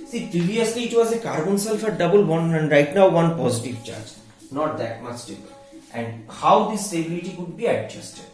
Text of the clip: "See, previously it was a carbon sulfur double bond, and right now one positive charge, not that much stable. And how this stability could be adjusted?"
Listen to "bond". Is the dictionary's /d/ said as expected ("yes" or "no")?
no